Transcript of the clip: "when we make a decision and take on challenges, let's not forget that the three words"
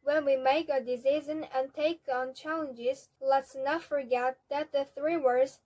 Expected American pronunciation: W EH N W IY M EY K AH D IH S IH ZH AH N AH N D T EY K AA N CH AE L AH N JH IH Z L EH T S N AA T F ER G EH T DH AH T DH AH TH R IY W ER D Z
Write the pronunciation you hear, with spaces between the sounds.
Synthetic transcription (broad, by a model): W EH N W IY M EY K AH D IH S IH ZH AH N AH N T EY K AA N CH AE L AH N JH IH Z L EH T S N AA T F ER G EH T DH AH T DH AH TH R IY W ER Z